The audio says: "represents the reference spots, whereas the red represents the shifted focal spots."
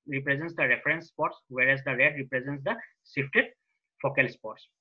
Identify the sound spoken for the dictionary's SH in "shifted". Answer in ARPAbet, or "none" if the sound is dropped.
S